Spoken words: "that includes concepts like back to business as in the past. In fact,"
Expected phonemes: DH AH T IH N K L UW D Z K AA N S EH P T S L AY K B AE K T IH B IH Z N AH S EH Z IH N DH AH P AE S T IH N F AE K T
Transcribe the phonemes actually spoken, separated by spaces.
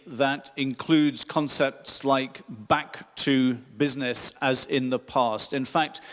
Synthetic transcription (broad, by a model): DH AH T IH N K L UW D Z K AA N S EH P T S L AY K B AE K T IH B IH Z N AH S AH Z IH N DH AH P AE S T IH N F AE K T